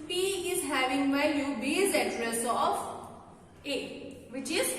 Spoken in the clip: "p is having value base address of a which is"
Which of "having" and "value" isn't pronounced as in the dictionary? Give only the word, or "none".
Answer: value